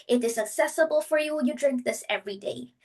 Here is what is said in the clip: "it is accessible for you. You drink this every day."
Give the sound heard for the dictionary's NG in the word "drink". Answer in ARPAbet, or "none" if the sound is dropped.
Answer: NG